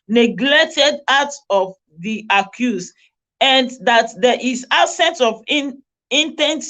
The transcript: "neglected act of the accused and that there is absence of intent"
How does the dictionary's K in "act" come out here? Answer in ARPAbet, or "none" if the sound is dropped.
none